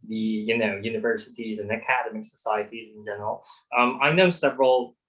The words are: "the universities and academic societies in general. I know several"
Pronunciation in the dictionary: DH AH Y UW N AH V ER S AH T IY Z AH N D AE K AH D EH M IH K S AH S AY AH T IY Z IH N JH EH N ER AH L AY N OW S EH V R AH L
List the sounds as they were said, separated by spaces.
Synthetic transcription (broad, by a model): DH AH Y UW N AH V ER S AH T IY Z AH N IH K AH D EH M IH K S AH S AY AH T IY Z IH N JH EH N ER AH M AY N OW S EH V R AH L